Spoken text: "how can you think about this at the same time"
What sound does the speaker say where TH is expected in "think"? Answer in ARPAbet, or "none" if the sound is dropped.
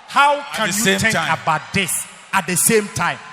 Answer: T